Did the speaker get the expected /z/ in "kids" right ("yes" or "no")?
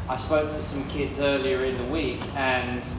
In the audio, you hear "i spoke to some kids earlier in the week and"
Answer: yes